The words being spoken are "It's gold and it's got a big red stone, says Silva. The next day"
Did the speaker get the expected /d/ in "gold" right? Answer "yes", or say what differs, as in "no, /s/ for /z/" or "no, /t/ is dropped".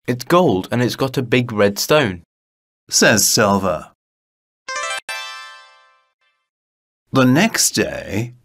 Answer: yes